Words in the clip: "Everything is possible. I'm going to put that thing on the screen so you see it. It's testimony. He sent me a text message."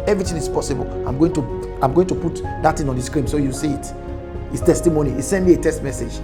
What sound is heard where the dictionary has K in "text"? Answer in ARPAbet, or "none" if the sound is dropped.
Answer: none